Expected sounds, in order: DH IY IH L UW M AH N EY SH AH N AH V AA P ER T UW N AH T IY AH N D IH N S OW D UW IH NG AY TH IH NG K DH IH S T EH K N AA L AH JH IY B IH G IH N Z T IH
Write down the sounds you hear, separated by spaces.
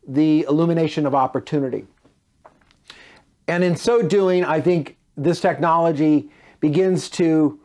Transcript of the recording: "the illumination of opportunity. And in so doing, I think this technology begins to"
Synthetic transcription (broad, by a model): DH IY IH L UW M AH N EY SH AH N AH V AA P ER T UW N AH T IY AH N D IH N S OW D UW IH NG AY TH IH NG K DH IH S T EH K N AA L AH JH IY B IH G IH N Z T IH